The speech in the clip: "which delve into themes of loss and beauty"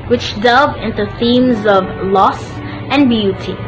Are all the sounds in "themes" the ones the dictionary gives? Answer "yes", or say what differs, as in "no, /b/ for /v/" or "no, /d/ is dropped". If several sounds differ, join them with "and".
yes